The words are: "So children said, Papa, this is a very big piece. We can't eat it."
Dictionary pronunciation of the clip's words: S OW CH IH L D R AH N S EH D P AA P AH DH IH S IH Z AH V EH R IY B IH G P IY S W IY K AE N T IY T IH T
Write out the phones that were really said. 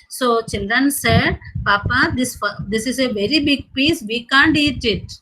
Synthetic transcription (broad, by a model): S OW CH IH L D R AH N S EH D P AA P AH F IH S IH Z AH V EH R IY B IH G P IY S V IY K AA N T IY T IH T